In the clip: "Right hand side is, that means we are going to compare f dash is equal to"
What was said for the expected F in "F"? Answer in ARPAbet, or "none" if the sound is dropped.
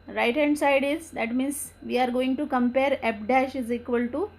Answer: P